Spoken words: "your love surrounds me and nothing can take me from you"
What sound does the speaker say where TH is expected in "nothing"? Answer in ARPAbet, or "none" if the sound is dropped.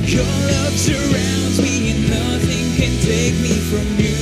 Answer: TH